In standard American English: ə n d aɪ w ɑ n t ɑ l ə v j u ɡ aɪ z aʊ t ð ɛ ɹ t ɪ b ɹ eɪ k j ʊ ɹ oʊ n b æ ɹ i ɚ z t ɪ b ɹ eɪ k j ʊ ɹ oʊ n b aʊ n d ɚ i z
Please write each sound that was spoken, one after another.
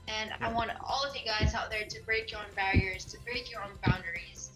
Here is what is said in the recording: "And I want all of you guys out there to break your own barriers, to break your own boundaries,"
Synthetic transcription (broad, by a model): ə n aɪ w ɑ n t ɑ l ə v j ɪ ɡ aɪ z aʊ t ð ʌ ɹ t ɪ b ɹ eɪ k j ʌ ɹ oʊ n b æ ɹ i ɚ z t ɪ b ɹ eɪ k j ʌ ɹ oʊ n b aʊ n d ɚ i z